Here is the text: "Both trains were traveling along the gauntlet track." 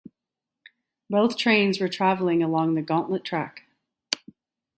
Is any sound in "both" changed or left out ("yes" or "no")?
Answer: no